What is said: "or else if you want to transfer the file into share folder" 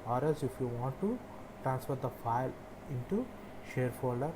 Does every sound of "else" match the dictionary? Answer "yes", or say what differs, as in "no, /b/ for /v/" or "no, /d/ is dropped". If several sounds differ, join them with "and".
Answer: no, /l/ is dropped